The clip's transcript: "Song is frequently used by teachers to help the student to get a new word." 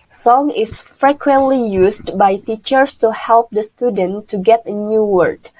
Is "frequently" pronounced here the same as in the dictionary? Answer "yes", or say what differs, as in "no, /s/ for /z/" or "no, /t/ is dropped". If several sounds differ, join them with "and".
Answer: yes